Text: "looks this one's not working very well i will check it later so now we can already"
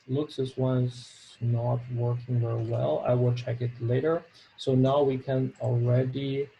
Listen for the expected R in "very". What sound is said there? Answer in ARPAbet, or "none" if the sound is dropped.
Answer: R